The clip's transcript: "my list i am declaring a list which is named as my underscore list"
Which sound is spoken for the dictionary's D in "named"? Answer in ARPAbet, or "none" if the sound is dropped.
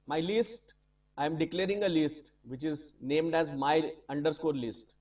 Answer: D